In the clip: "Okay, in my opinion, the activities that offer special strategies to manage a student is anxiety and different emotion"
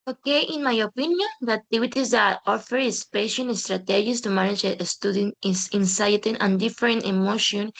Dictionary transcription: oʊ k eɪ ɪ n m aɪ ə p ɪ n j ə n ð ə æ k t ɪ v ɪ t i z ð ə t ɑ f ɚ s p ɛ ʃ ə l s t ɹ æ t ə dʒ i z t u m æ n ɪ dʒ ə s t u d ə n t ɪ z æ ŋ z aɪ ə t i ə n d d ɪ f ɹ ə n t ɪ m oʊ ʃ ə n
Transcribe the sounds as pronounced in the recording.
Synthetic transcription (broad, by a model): oʊ k eɪ ɪ n m aɪ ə p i n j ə n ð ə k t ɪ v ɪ t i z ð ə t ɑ f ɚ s p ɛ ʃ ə n s t ɹ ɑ t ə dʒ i s t u m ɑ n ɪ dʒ ə s t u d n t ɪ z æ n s aɪ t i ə n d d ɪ f ɹ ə n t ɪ m oʊ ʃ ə n